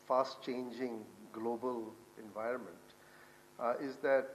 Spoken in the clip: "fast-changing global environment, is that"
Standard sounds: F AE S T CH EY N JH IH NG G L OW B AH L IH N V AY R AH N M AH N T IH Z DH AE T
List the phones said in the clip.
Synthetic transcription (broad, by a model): F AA S T CH EY N JH IH NG G L OW B AH L IH N V AY R AH N M AH N T IH Z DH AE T